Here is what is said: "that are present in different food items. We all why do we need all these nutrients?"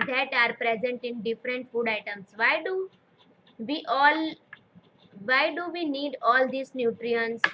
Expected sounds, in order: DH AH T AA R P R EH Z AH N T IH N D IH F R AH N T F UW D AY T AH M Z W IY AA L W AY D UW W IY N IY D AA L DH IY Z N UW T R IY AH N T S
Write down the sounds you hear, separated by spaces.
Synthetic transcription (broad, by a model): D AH T AA R P R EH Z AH N T IH N D IH F R AH N T F UW D AY T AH M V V IY AA L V AY D UW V IY N IY D AA L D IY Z N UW T R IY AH N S